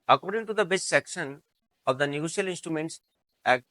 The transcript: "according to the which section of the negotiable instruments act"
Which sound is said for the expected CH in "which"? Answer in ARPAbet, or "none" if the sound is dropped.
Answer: S